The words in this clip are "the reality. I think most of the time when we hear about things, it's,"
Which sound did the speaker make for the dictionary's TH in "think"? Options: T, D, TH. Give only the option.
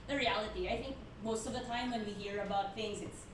TH